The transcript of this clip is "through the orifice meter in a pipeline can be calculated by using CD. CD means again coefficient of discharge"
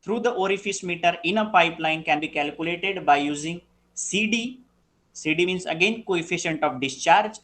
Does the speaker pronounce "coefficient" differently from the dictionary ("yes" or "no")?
no